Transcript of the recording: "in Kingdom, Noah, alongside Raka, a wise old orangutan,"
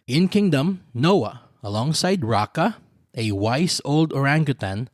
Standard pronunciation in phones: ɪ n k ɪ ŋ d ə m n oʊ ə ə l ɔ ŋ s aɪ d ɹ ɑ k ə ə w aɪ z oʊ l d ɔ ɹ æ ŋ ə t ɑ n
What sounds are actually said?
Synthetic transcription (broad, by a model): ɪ n k ɪ ŋ d ə m n oʊ ə ə l ɔ ŋ s aɪ d ɹ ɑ k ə ə w aɪ s oʊ l d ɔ ɹ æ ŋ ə t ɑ n